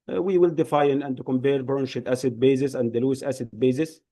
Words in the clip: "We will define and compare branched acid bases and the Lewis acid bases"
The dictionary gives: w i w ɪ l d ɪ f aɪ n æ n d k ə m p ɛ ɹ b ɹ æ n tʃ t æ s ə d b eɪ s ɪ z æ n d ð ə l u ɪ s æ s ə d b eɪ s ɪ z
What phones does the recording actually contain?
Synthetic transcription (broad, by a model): w i w ɪ l d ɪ f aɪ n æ n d k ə m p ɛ ɹ b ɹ n ʃ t æ s ə d b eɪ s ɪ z æ n d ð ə l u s æ s ə d b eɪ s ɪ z